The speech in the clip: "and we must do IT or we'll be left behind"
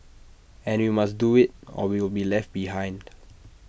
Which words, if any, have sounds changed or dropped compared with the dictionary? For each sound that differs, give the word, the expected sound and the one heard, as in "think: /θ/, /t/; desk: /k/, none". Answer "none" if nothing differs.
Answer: or: /ɹ/, /w/